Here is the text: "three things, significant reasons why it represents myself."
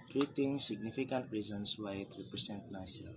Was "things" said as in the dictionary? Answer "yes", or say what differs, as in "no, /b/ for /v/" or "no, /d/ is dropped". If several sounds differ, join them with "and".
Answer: no, /t/ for /θ/